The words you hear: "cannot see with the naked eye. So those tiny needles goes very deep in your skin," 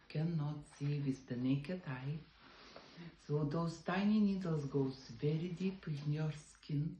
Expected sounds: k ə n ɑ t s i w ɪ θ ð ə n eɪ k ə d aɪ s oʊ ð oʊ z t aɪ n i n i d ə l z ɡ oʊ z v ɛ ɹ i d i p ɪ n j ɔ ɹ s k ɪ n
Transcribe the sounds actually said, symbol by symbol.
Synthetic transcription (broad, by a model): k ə n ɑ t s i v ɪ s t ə n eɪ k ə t aɪ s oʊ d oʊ s t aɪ n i n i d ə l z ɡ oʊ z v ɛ ɹ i d i p ɪ n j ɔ ɹ s k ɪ n